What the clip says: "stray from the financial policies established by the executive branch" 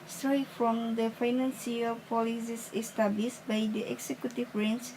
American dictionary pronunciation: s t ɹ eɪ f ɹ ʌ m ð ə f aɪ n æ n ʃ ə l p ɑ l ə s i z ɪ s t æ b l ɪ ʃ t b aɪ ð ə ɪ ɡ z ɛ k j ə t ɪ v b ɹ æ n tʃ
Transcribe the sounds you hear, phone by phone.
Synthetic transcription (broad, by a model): s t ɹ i f ɹ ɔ m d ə f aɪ n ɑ n s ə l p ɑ l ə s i s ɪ s t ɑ b l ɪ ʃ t b aɪ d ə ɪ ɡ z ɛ k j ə t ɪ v ɹ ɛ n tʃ